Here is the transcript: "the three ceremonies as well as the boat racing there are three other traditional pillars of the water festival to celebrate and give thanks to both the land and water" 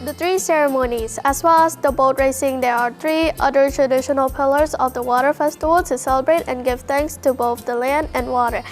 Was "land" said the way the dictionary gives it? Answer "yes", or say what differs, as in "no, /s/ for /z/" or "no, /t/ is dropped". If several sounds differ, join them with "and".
yes